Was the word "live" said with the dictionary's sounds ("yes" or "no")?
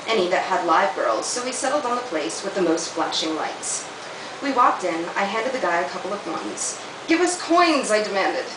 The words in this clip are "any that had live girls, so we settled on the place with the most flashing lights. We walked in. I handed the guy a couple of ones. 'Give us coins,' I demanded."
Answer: yes